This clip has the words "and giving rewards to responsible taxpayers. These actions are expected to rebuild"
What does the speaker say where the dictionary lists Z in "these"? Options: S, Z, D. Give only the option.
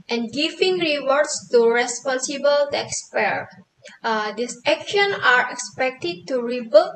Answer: S